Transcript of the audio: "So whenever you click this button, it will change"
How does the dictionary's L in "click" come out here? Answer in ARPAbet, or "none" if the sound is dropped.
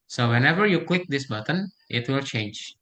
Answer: W